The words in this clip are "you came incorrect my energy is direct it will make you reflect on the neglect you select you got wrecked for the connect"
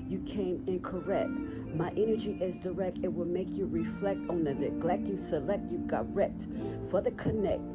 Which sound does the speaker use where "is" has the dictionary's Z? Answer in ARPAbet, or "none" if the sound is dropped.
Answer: Z